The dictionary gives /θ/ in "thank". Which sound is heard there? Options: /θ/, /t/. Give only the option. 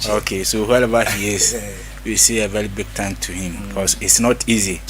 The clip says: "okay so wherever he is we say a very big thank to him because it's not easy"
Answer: /t/